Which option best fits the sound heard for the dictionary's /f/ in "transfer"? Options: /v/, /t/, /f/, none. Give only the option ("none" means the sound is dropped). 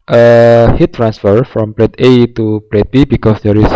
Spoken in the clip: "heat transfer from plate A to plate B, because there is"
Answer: /f/